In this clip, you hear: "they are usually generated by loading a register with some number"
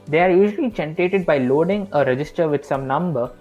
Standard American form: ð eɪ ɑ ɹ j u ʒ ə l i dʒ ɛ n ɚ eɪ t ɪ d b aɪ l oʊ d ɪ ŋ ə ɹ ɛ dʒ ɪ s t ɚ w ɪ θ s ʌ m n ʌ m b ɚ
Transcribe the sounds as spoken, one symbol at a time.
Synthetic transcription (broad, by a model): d eɪ ɑ ɹ j u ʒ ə l i tʃ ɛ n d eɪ t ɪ d b aɪ l oʊ d ɪ ŋ ə ɹ ɛ dʒ ɪ s t ɚ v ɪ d s ʌ m n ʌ m b ɚ